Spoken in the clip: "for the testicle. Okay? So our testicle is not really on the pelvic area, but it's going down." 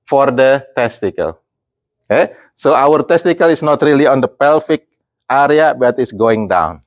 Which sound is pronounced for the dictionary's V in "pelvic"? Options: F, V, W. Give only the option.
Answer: F